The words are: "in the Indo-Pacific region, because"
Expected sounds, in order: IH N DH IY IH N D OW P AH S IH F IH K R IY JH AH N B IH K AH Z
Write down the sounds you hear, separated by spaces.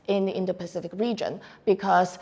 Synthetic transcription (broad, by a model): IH N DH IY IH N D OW P AH S IH F IH K R IY JH AH N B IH K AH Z